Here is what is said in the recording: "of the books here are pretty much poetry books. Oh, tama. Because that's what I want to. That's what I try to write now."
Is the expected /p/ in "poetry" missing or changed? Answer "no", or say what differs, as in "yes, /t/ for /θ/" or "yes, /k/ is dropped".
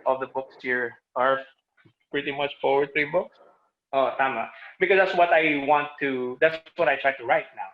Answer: yes, /f/ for /p/